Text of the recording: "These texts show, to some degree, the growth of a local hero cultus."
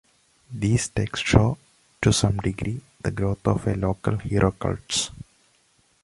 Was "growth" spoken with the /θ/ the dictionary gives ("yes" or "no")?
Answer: no